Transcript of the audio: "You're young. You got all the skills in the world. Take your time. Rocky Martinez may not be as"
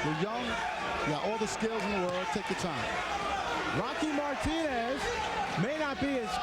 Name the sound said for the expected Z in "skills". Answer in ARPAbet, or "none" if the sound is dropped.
Z